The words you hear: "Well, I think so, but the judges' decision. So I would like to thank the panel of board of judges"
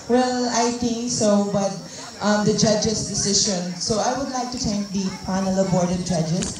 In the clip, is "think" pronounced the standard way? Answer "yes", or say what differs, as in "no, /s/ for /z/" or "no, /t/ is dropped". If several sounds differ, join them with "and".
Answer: no, /t/ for /θ/